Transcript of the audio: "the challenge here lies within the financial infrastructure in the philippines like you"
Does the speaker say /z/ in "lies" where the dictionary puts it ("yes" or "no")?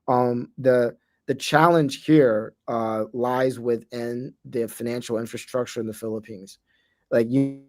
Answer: yes